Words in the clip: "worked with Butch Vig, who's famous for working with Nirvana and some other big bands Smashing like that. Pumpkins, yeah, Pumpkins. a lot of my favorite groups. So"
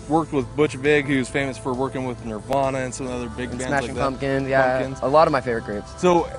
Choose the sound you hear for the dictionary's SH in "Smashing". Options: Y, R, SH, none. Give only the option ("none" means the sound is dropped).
none